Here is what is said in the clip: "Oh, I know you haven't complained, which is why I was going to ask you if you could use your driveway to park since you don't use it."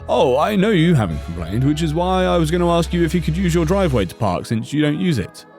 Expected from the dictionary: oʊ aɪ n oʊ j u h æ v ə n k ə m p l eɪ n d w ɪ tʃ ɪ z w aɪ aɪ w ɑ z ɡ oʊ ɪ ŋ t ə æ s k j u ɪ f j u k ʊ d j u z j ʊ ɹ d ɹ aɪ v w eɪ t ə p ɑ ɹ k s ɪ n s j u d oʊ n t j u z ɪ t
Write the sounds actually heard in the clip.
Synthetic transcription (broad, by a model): oʊ aɪ n oʊ j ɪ h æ v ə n k ə m p l eɪ n d w ɪ tʃ ɪ z w aɪ aɪ w ɑ z ɡ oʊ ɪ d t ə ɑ s k j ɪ ɪ f j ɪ k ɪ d j u z j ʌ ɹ d ɹ aɪ v w eɪ t ə p ɑ ɹ k s ɪ n s j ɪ d oʊ n t j u z ɪ t